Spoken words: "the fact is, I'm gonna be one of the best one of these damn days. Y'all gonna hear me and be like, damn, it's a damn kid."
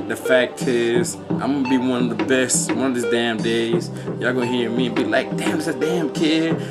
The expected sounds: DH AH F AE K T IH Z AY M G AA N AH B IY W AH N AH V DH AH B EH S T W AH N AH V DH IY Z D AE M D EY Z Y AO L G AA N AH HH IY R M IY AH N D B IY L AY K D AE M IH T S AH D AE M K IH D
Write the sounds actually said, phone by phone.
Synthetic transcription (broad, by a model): DH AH F AE K T IH Z AY M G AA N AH B IY W AH N AH V DH AH B EH S T W AH N AH V DH IY Z D AE M D EY Z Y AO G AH HH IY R M IY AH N B IY L AY K D AE M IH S AH D AE M K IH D